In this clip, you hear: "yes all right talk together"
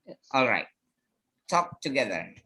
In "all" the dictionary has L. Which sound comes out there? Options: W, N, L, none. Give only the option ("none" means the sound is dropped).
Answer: L